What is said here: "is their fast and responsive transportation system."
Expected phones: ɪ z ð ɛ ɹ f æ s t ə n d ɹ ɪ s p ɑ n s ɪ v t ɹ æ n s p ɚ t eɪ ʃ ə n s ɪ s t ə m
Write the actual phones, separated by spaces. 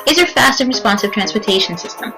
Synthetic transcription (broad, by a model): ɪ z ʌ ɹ f æ s t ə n ɹ ɪ s p ɑ n s ɪ v t ɹ æ n s p ɚ t eɪ ʃ ə n s ɪ s t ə m